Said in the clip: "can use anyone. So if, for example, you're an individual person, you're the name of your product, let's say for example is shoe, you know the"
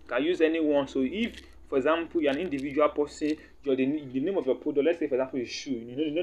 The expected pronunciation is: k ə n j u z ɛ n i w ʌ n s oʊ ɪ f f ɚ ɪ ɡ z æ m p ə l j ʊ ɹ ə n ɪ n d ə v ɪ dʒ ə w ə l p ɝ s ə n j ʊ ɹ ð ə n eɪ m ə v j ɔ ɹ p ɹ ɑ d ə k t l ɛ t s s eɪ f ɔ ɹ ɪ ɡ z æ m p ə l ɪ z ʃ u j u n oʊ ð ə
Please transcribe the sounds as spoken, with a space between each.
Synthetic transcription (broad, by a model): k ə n j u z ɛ n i w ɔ n s oʊ ɪ f f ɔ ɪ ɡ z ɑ m p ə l j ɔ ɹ ə n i n d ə v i dʒ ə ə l p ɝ s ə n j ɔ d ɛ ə n eɪ m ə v j ɔ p ɑ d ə l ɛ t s s eɪ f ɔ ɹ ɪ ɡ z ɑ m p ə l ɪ ʃ u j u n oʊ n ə